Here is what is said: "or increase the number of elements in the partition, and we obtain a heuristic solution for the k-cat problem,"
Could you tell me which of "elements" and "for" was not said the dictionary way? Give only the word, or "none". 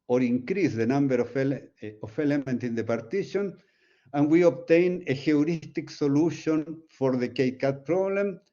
elements